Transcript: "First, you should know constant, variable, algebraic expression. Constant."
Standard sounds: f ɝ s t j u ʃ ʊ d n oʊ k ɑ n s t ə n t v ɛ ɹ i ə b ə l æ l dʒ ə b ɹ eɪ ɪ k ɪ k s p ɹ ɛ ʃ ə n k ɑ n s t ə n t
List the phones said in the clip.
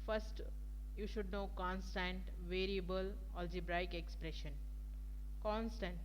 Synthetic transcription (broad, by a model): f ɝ s t j u ʃ ʊ d n oʊ k ɑ n s t ə n t v ɛ ɹ i ə b ə l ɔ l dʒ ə b ɹ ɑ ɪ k ɪ k s p ɹ ɛ ʃ ə n k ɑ n s t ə n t